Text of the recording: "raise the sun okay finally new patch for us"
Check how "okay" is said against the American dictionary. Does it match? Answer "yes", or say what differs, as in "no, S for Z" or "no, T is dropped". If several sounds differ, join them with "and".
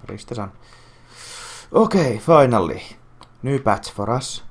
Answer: yes